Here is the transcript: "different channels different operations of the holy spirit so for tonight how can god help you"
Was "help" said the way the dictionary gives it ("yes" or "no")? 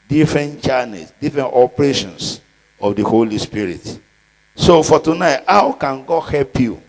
yes